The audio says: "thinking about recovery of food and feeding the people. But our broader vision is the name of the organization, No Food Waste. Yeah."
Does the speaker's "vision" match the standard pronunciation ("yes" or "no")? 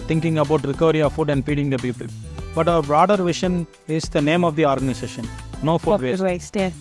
no